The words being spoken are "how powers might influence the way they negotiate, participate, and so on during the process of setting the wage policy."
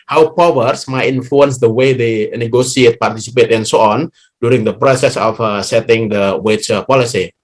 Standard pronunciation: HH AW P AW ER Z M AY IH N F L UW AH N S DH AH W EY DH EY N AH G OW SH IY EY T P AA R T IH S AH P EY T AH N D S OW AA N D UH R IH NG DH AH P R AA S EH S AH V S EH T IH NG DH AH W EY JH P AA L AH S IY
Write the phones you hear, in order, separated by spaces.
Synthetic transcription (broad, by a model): HH AW P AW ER S M AY IH N F L UW AH N S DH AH W EY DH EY N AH G OW S IY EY T P AA R T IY S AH P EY T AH N S OW AA N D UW R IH NG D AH P R AA S EH S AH F S EH T IH NG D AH W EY CH P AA L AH S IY